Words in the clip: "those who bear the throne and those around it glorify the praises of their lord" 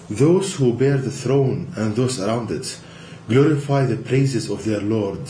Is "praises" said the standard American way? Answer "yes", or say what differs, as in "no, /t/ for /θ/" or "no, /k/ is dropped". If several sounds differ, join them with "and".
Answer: yes